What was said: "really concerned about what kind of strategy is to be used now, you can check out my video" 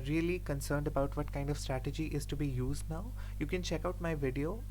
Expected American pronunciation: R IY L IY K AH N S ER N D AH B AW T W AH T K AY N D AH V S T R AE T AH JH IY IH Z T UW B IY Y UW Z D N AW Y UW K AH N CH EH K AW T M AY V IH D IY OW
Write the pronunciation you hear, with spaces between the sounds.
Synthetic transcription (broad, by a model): R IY L IY K AH N S ER N D AH B AW T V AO T K AY N D AH V S T R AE T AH JH IY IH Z T UW B IY Y UW Z D N AW Y UW K AH N CH EH K AW T M AY V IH D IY OW